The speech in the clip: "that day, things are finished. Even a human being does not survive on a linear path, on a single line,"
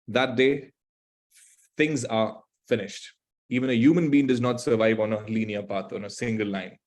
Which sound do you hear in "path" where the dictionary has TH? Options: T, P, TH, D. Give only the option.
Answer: T